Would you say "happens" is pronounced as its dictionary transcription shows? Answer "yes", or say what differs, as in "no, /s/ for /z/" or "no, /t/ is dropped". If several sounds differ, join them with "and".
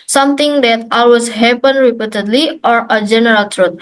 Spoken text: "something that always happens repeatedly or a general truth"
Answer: no, /z/ is dropped